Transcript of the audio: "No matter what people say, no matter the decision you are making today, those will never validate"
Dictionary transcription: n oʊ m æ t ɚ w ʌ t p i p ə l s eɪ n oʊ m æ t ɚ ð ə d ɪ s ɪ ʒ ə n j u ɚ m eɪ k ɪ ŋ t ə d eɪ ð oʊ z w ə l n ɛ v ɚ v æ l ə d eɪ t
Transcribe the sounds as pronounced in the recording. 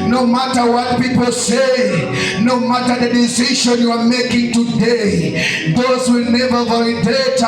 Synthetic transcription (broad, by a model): n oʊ m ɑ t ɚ w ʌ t p i p ə l s eɪ n oʊ m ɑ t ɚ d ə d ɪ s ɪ ʃ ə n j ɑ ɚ m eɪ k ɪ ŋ t ə d eɪ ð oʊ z w ə l n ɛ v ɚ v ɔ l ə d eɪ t